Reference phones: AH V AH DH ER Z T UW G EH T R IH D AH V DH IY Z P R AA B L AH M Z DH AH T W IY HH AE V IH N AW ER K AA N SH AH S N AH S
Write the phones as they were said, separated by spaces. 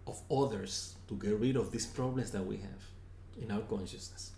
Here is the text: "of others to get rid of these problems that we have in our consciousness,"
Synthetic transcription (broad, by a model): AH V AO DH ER S T UW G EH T R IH D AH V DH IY S P R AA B L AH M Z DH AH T W IY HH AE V IH N AW ER K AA N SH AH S N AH S